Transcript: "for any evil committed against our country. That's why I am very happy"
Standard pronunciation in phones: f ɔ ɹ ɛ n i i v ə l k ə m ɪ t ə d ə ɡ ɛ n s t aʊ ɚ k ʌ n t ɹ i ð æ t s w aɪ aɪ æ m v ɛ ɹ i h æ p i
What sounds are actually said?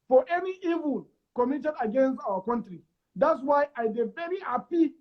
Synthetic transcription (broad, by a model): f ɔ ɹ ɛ n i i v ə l k ə m ɪ t ə d ə ɡ ɛ n s t aʊ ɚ k ʌ n t ɹ i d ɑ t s w aɪ aɪ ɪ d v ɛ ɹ i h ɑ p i